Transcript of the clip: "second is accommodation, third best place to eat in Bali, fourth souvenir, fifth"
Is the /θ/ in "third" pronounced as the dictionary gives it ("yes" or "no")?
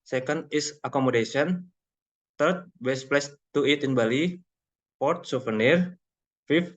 no